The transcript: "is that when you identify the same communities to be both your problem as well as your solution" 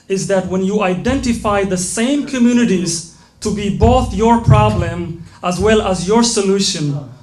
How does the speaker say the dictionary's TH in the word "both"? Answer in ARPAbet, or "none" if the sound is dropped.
TH